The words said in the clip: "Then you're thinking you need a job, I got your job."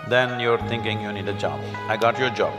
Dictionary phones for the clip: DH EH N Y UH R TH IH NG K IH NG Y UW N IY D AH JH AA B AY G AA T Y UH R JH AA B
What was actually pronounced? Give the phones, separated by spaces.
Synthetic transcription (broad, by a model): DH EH N Y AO R T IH NG K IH NG Y UW N IY D AH JH AA B AY G AA T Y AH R JH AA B